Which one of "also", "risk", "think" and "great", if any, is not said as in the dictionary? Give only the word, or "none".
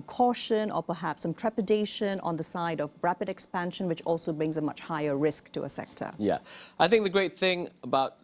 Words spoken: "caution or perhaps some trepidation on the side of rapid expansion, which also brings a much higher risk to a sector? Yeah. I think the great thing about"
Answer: none